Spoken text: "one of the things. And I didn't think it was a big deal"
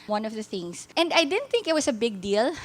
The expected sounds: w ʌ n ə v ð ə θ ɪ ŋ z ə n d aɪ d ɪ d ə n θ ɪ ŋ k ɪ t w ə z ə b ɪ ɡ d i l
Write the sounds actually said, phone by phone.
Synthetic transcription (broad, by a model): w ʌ n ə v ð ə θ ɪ ŋ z ə n d aɪ d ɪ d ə n θ ɪ ŋ k ɪ t w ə s ə b ɪ ɡ d i l